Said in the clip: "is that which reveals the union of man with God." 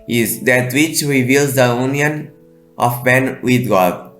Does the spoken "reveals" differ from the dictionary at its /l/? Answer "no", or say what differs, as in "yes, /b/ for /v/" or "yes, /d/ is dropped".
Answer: no